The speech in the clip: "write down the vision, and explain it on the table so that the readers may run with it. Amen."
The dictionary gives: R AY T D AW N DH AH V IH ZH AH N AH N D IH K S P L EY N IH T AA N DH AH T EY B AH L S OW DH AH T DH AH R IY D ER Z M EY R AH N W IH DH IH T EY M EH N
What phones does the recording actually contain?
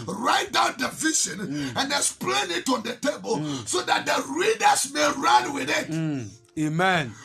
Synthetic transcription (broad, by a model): R AY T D AW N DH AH V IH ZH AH N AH N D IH S P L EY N IH T AA N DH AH T EY B AH L S OW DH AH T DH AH R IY D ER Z M EY R AH N W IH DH IH T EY M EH N